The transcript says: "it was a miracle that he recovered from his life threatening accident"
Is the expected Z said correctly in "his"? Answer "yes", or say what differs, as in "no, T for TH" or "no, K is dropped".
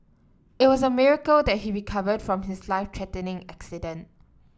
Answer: no, S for Z